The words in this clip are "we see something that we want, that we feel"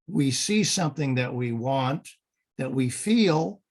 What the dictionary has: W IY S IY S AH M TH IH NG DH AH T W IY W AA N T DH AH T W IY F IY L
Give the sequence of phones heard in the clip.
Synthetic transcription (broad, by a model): W IY S IY S AH M TH IH NG DH AH T W IY W AA N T DH AH T W IY F IY L